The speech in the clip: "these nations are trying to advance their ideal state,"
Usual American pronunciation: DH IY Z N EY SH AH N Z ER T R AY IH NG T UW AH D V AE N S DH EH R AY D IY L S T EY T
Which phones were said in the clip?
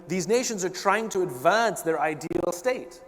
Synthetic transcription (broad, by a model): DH IY Z N EY SH AH N Z ER T R AY IH NG T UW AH D V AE N S DH EH R AY D IY L S T EY T